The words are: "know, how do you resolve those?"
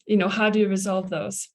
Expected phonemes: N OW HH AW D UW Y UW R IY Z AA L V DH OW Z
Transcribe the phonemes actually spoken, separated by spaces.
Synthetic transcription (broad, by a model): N OW HH AW D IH Y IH R IY Z AA L V DH OW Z